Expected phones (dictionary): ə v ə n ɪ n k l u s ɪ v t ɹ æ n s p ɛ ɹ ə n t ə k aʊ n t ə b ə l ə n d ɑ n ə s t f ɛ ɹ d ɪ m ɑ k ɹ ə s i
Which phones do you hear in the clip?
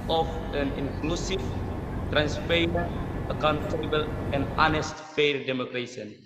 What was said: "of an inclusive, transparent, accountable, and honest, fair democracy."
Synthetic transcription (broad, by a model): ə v ə n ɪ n k l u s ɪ f t ɹ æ n s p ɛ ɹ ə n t ə k aʊ n t ə b ə l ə n ɑ n ə s t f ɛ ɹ d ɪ m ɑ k ɹ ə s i